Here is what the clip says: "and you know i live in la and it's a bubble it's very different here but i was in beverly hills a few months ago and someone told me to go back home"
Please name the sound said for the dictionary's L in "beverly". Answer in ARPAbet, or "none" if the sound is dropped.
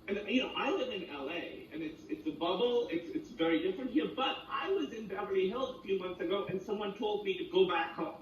none